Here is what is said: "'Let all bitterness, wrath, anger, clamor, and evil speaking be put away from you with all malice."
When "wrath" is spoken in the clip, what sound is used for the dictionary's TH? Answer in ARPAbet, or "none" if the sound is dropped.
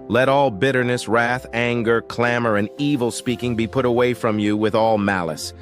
TH